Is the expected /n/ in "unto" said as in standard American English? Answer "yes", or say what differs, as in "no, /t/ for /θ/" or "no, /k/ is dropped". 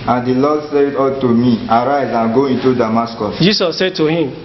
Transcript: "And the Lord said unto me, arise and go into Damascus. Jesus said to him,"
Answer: no, /n/ is dropped